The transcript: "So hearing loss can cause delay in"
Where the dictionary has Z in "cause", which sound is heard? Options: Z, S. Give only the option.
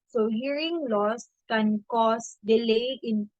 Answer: S